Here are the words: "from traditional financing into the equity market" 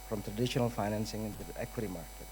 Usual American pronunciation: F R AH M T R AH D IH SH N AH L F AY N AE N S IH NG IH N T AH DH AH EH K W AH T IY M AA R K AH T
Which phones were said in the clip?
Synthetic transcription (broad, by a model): F R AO M T R AH D IH SH N AH L F AY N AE N S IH NG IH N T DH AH EH K W AH T IY M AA R K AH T